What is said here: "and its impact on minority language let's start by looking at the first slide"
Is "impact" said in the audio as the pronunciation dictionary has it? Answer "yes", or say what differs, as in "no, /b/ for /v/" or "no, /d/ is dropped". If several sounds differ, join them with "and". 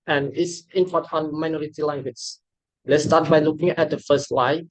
no, /k/ is dropped